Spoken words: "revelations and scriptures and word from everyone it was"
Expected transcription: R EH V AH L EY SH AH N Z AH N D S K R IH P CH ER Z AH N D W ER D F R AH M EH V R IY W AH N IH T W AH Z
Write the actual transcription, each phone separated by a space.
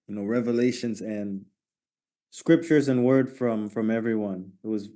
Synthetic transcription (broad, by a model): R EH V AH L EY SH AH N Z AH N S K R IH P CH ER Z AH N W ER D F R AH M EH V R IY W AH N IH T W AH Z